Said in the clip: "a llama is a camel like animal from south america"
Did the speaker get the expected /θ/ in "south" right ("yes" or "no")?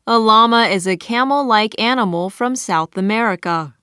yes